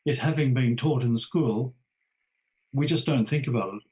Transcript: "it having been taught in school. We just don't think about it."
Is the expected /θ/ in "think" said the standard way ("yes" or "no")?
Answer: yes